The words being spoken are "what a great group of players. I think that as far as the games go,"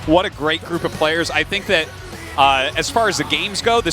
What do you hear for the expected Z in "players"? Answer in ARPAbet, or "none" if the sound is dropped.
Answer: Z